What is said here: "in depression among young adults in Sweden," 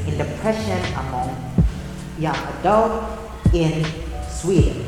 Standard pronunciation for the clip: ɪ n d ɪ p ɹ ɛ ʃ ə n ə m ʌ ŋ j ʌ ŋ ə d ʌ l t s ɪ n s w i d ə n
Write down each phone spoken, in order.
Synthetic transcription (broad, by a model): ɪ n d ɪ p ɹ ɛ ʃ ə n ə m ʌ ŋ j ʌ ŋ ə d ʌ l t ɪ n s w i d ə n